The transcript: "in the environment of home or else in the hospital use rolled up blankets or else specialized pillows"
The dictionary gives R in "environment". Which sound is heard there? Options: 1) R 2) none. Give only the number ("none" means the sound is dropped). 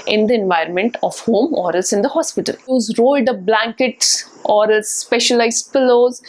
1